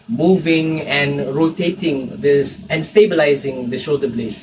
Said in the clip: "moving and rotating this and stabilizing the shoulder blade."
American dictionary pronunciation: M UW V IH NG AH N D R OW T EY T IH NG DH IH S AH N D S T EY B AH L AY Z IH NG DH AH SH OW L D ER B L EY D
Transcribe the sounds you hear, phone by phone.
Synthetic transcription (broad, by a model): M UW V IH NG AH N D R OW T EY T IH NG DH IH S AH N S T EY B AH L AY Z IH NG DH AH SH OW D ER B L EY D